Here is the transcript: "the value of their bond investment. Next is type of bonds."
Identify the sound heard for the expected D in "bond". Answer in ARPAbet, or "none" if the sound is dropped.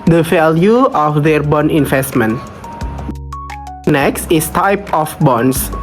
none